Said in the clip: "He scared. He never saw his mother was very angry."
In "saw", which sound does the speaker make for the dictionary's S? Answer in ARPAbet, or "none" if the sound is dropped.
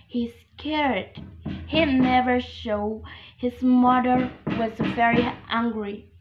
SH